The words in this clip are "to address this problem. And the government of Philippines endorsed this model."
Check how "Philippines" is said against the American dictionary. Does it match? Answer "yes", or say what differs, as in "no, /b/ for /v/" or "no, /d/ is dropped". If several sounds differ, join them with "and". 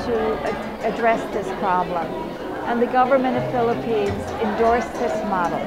yes